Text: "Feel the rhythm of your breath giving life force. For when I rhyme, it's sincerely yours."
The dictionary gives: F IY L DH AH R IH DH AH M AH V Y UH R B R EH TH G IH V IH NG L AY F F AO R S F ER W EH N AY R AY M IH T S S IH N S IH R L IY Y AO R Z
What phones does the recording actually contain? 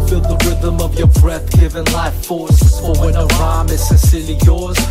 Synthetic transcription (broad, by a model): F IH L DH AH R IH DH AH M AH V Y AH R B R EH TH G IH V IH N L AY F F AO R S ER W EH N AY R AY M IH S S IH S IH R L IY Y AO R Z